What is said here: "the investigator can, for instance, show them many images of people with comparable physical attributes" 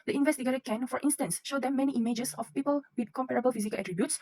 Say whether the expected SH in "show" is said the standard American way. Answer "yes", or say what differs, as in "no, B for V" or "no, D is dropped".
yes